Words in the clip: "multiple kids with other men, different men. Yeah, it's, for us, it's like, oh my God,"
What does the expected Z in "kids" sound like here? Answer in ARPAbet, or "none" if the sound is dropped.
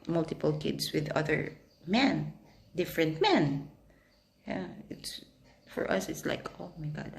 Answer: S